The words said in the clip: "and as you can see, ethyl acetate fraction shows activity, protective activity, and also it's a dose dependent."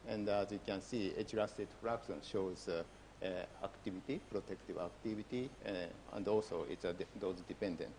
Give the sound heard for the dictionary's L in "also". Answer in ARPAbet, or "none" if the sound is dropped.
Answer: L